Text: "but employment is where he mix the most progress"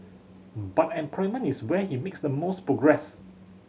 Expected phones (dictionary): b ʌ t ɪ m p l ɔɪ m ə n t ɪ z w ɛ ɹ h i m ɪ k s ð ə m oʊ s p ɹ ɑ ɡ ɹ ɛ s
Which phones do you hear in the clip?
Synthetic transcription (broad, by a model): b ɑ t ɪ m p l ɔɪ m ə n ɪ s w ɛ h i m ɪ k s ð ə m oʊ s p ɹ ɑ ɡ ɹ ɛ s